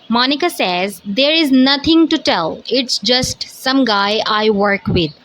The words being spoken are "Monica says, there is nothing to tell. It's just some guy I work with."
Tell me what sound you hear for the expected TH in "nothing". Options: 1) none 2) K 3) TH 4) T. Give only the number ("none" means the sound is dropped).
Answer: 4